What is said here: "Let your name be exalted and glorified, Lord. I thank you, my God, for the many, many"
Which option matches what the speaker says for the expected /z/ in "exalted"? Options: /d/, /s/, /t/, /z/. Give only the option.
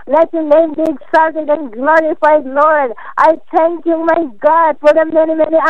/s/